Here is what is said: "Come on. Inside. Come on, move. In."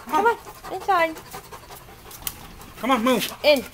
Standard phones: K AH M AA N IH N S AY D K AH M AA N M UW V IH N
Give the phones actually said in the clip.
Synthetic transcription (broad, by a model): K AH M AA N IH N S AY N K AH M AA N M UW IH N